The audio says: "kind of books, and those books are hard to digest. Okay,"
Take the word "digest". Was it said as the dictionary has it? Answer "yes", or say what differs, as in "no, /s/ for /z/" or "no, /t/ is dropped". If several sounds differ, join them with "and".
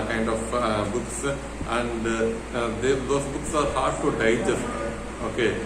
no, /t/ is dropped